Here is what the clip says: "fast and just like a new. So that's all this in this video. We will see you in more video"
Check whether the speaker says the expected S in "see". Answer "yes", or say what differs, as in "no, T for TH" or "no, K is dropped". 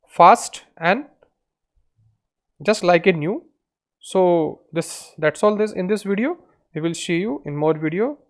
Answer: no, SH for S